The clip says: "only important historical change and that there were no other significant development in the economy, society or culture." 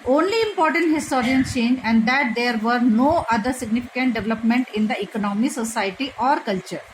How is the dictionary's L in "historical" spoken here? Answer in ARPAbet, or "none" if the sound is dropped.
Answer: N